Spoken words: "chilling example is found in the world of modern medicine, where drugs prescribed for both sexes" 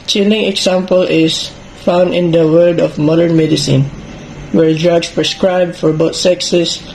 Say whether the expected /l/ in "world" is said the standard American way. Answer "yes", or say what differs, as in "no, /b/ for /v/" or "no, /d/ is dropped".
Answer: no, /l/ is dropped